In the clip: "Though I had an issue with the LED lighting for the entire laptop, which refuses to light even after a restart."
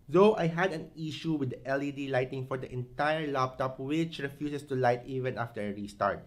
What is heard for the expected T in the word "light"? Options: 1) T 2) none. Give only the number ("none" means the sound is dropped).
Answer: 1